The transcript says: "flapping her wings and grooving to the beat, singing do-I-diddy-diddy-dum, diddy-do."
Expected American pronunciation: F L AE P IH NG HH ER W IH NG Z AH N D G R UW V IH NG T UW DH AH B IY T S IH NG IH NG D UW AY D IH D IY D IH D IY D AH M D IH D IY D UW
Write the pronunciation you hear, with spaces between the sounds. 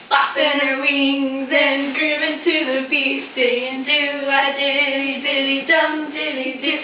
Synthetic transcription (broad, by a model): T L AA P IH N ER W IH NG Z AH N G R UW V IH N T UW DH AH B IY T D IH IH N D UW AY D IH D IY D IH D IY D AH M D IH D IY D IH